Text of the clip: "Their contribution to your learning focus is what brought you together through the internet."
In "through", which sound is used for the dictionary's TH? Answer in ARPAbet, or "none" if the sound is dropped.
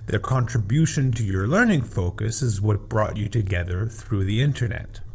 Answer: TH